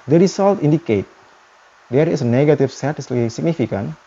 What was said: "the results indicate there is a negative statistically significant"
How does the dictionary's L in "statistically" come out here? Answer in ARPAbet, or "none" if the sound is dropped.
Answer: none